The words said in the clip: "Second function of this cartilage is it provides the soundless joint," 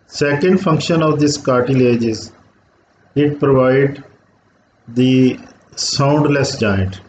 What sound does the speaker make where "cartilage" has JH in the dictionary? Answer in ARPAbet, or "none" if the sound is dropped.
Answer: JH